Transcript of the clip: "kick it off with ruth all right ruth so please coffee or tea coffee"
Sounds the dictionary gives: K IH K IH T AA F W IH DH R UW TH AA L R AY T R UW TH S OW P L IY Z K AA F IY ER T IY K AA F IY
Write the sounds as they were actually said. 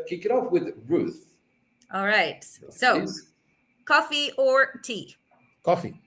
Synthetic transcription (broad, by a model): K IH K IH T AA F W IH DH R UW TH AA L R AY T S OW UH K AA F IY ER T IY K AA F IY